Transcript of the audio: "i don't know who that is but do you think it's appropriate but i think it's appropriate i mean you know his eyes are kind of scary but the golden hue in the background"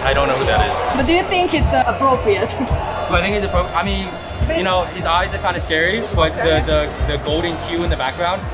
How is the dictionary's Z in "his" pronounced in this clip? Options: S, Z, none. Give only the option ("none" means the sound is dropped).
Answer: Z